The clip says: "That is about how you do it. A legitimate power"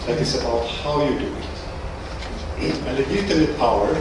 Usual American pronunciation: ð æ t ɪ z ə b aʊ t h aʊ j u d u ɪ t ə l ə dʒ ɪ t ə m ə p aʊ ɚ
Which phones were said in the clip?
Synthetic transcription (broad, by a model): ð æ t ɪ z ə b aʊ t h aʊ j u d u ɪ t ə n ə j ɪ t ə ə p aʊ ɚ